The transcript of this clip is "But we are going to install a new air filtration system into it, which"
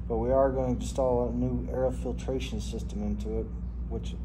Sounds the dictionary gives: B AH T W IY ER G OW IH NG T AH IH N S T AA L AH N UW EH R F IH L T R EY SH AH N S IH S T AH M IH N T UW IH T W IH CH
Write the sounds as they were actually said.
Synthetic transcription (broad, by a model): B AH T W IY ER G OW IH NG T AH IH S T AA L AH N UW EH R F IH L T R EY SH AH N S IH S T AH M IH N T UW IH T W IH CH